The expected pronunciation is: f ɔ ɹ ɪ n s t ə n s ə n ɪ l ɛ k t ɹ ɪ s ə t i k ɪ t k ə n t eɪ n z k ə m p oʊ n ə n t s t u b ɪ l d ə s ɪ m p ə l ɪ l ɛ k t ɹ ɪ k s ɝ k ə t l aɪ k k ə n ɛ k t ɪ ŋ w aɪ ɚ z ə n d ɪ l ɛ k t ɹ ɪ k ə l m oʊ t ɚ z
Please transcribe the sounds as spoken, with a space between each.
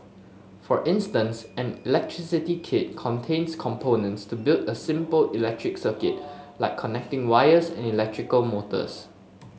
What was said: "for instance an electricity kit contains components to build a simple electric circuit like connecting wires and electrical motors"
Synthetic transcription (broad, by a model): f ɔ ɹ ɪ n s t ə n s ə n ɪ l ɛ k t ɹ ɪ s ə t i k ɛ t k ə n t eɪ n s k ə m p oʊ n ə n t s t u b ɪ l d ə s ɪ m p ə l ɪ l ɛ k t ɹ ɪ k s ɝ k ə t l aɪ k k ə n ɛ k t ɪ ŋ w aɪ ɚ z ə n ɪ l ɛ k t ɹ ɪ k ə l m oʊ t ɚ s